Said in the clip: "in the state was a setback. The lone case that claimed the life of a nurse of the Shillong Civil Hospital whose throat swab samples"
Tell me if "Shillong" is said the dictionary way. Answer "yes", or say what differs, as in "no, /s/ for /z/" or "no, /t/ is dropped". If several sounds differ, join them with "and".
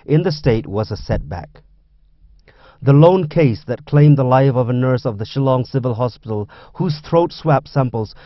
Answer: yes